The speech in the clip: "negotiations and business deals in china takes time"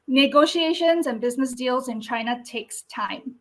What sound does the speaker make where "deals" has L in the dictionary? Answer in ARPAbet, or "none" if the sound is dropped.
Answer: L